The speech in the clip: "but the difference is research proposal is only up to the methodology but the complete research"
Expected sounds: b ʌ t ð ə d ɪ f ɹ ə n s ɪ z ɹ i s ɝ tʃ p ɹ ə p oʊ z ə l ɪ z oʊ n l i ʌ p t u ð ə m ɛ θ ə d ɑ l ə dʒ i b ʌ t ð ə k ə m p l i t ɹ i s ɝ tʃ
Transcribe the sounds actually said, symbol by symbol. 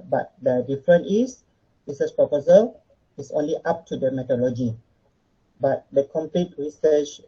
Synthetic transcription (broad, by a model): b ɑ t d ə d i f ɹ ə n ɪ s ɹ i s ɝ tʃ p ɹ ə p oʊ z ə l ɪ s oʊ n l i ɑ p t u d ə m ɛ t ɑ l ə dʒ i b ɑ t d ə k ə m p l i t ɹ i s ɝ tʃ